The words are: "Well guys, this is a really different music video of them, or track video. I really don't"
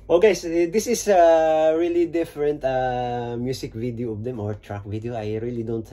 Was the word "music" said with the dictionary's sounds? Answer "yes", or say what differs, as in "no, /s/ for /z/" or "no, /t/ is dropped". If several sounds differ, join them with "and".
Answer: no, /s/ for /z/